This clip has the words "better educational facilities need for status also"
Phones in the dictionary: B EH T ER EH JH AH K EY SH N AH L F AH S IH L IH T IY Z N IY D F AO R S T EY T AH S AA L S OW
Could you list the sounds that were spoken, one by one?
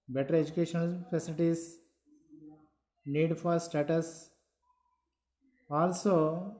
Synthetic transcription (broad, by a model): B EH T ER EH JH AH K EY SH AH N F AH S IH L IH T IY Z N IY D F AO R S T EY T AH S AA L S OW